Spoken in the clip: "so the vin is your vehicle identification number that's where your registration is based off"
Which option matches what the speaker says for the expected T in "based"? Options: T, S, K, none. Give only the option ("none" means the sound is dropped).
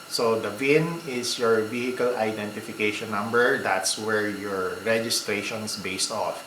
T